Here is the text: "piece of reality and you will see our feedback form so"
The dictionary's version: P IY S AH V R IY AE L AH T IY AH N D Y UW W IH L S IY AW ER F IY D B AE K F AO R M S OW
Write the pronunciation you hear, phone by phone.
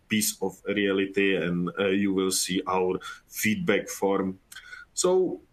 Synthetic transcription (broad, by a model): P IY S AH F R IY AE L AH T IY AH N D Y UW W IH L S IY AW ER F IY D B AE K F AO R M S OW